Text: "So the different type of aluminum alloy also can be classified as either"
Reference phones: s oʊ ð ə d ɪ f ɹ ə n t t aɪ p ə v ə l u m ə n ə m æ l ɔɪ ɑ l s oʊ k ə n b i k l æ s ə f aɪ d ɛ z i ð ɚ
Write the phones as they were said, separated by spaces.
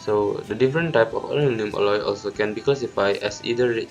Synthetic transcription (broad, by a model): s oʊ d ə d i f ɹ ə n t t aɪ p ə f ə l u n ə ə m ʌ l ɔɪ ɑ l s oʊ k ə n b i k l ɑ s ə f aɪ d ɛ s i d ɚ